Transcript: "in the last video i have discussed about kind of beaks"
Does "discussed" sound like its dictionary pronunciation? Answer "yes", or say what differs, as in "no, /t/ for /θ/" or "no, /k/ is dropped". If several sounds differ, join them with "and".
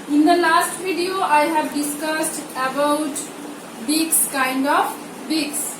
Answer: yes